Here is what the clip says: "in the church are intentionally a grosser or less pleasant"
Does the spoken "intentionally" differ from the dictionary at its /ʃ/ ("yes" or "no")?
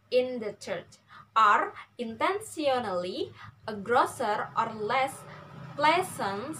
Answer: yes